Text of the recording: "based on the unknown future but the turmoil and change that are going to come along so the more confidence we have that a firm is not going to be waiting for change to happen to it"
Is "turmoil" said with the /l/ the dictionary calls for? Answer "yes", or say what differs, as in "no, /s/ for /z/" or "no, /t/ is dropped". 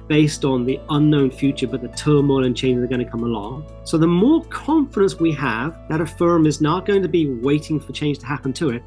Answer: yes